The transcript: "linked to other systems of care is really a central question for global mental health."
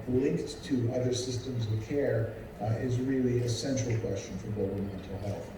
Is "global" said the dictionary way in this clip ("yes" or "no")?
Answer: no